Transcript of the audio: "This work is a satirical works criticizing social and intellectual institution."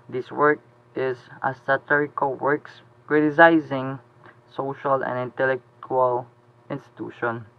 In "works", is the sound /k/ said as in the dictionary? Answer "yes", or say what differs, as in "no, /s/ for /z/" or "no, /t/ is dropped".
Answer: yes